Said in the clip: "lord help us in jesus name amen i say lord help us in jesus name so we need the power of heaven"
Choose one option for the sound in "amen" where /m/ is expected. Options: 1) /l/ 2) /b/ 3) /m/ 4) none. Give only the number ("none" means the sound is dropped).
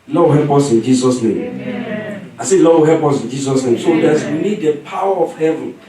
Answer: 4